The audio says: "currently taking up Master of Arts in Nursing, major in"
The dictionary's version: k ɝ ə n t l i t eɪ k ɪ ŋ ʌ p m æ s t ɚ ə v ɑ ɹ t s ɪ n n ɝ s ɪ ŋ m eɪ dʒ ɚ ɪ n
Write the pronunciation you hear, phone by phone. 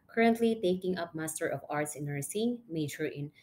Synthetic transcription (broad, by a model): k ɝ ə n t l i t eɪ k ɪ ŋ ʌ p m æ s t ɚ ə v ɑ ɹ t s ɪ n n ɝ s ɪ ŋ m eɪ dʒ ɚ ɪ n